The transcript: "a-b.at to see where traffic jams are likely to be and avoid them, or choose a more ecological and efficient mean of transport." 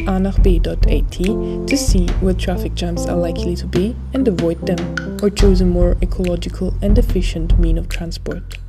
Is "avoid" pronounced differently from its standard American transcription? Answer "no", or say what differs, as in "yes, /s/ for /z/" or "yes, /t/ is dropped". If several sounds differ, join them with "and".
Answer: no